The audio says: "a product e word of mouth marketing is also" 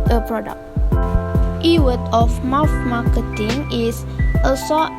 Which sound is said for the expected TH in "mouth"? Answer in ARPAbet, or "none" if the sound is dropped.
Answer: F